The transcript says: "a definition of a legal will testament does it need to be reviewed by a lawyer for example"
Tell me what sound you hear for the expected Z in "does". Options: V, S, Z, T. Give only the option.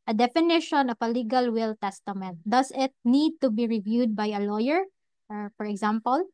S